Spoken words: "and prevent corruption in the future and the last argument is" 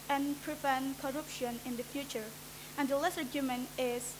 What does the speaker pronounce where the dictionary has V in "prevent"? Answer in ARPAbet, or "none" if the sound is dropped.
F